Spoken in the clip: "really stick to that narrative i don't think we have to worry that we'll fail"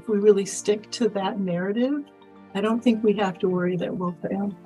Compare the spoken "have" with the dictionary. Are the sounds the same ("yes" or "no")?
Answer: no